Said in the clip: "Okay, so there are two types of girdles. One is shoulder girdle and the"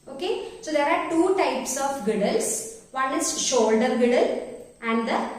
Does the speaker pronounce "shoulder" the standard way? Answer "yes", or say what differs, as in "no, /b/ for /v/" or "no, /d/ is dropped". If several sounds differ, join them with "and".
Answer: yes